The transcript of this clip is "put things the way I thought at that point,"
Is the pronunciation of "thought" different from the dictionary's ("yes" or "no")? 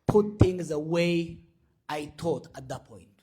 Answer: yes